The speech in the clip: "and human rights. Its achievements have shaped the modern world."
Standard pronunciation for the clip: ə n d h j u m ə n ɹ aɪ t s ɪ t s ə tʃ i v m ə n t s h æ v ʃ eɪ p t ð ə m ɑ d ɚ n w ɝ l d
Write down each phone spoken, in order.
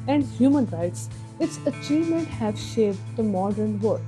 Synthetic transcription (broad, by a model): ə n d h j u m ə n ɹ aɪ t s ɪ t s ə tʃ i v m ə n t h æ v ʃ eɪ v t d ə m ɑ d ɚ n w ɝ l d